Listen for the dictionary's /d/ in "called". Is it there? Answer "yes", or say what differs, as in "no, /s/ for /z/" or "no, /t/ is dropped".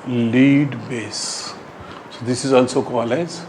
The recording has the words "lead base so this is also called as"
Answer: no, /d/ is dropped